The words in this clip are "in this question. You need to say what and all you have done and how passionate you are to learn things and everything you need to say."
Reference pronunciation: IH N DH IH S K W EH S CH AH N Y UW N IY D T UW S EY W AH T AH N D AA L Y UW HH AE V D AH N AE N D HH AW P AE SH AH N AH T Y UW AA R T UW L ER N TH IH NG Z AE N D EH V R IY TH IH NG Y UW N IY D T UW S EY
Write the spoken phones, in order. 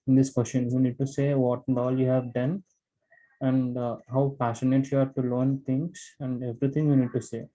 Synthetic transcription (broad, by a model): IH N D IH S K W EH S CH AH N Y UW N IY D T UW S EY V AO T AH N D AA L Y UW HH AE V D AH N AE N D HH AW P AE S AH N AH T Y UW AA R T UW L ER N T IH NG S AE N D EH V R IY T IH NG Y UW N IY D T UW S EY